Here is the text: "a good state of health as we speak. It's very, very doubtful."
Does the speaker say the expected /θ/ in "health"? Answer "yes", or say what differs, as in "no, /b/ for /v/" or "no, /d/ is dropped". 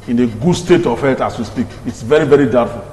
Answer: no, /t/ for /θ/